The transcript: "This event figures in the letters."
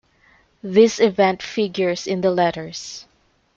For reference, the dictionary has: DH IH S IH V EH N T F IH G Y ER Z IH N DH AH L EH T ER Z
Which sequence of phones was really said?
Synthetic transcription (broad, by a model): DH IH S IH V EH N T F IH G Y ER S IH N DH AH L EH T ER S